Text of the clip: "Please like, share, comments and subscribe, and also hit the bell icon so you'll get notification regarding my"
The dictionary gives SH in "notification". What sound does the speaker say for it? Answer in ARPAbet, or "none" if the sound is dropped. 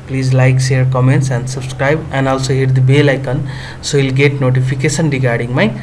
S